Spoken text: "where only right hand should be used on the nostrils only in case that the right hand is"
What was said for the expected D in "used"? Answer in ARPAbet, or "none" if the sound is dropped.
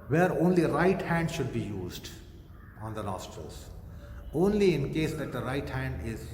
D